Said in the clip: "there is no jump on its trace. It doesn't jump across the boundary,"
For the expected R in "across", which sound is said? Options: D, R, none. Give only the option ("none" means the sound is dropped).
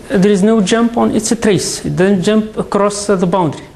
R